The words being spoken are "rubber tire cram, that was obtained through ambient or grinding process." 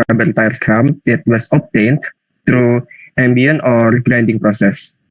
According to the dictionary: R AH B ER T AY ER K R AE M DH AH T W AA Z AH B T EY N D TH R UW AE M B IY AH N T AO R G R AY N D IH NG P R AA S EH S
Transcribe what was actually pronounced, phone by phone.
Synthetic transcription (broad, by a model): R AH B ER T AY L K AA M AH T W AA S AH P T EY N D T R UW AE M B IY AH N AO R G R AY N D IH NG P R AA S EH S